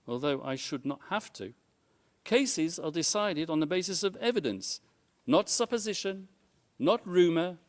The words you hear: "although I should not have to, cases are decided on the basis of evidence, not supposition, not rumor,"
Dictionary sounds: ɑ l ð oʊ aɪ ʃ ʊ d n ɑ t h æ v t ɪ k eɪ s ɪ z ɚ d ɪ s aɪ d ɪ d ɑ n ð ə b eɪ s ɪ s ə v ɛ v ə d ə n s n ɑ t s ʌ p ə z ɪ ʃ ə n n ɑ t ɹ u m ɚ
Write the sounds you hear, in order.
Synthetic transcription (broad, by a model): ɑ l ð oʊ aɪ ʃ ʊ d n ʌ t h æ f t ɪ k eɪ s ɪ z ɚ d ɪ s aɪ d ɪ d n ð ə b eɪ s ɪ s ə v ɛ v ə d ə n s n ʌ t s ʌ p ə z ɪ ʃ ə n n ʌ t ɹ u m ɚ